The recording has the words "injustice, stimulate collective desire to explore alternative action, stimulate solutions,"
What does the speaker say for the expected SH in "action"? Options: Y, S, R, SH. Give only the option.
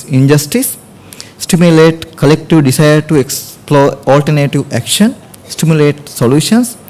SH